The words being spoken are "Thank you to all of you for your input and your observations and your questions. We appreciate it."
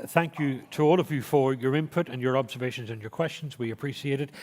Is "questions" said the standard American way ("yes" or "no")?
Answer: yes